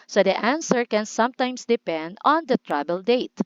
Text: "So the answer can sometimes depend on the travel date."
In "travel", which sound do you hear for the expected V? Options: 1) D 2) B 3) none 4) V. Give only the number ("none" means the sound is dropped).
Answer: 2